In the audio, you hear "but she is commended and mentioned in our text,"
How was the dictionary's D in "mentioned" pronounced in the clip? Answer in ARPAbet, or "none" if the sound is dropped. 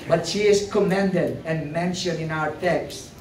none